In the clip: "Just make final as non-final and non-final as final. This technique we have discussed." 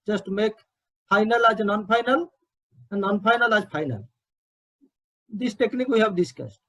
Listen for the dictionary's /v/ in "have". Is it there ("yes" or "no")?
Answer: no